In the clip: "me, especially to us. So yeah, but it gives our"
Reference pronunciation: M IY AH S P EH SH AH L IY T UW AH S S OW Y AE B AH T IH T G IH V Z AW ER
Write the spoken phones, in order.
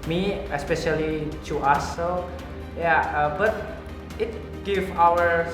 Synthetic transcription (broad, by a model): M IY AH S P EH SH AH L IY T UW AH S S OW Y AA B AH T IH T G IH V AW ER